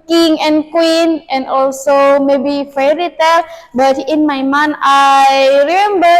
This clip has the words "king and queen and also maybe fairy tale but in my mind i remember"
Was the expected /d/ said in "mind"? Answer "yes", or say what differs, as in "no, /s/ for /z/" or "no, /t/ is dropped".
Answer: no, /d/ is dropped